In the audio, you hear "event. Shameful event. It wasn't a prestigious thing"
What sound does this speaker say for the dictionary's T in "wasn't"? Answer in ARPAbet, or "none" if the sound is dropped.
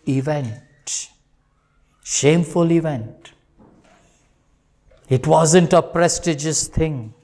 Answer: T